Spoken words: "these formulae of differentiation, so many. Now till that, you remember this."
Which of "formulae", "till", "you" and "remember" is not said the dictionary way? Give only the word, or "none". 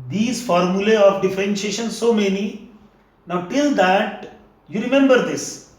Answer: none